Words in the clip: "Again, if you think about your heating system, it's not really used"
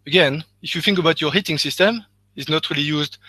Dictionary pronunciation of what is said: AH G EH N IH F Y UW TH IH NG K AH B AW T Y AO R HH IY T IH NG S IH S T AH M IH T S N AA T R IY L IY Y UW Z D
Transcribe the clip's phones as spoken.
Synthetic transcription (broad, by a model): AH G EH N IH F Y UW TH IH NG K AH B AW T Y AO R HH IY T IH NG S IH S T AH M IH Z N AA T R IY L IY Y UW Z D